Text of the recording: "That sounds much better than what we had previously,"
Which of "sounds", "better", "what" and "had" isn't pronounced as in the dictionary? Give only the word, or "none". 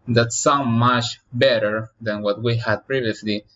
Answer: sounds